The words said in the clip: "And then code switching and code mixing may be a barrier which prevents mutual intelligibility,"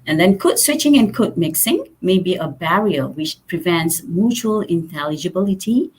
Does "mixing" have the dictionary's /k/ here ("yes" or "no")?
yes